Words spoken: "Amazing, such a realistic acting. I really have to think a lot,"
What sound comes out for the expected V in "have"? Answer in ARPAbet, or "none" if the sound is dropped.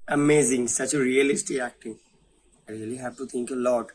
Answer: P